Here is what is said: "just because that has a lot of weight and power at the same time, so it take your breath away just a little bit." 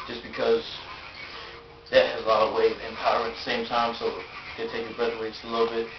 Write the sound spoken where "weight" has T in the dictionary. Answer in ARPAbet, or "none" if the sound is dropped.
none